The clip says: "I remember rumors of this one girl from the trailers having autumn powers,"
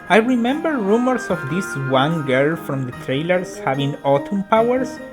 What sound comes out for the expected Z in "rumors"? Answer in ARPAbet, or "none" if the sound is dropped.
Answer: S